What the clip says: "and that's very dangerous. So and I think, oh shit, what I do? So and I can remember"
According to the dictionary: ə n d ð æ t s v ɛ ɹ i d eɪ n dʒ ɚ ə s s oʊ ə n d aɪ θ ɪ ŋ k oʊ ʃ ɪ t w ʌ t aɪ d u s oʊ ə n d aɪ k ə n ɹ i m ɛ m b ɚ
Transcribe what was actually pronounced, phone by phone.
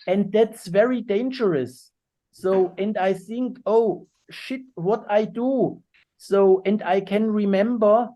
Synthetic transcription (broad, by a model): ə n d ð æ t s v ɛ ɹ i d eɪ n dʒ ɚ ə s s oʊ ə n d aɪ θ ɪ ŋ k oʊ ʃ ɪ t w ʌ t aɪ d u s oʊ ə n d aɪ k ə n ɹ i m ɛ m b ɚ